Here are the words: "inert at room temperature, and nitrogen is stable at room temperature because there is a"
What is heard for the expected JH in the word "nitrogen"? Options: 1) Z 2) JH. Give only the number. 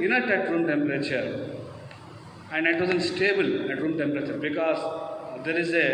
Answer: 1